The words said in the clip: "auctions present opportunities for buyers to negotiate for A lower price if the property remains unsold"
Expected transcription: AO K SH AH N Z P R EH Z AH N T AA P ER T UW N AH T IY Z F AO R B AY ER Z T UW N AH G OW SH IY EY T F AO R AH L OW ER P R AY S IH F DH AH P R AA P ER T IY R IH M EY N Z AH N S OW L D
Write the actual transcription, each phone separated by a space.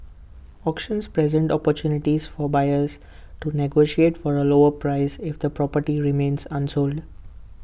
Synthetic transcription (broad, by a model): AO K SH AH N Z P R EH Z AH N T AA P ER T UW N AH T IY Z F AO R B AY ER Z T UW N AH G OW SH IY EY T F AO R AH L OW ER P R AY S IH F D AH P R AA P ER T IY R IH M EY N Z AH N S OW L D